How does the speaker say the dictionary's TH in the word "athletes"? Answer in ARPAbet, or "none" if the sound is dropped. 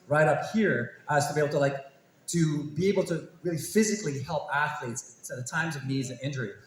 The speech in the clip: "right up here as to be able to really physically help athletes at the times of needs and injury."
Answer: TH